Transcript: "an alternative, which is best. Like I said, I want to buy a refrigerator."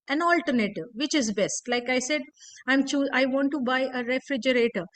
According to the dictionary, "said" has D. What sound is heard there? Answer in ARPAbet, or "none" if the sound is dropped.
D